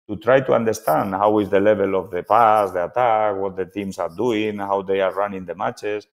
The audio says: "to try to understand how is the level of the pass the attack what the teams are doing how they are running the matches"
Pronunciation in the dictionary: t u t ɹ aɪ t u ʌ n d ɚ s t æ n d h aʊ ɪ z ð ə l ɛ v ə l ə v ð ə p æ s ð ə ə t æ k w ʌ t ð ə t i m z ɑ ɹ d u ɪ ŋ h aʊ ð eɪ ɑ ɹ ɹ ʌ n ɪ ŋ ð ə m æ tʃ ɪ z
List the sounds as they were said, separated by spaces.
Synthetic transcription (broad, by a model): t u t ɹ aɪ t u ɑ n d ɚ s t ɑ n d h aʊ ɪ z ð ə l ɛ b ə l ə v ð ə p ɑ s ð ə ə t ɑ k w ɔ t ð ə t i m s ɑ ɹ d u ɪ ŋ h aʊ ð eɪ ɑ ɹ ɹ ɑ n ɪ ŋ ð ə m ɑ tʃ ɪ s